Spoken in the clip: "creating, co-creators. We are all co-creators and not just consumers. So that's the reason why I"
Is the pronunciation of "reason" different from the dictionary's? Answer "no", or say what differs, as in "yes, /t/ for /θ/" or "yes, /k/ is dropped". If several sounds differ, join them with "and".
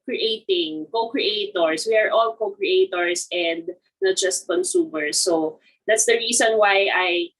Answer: yes, /s/ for /z/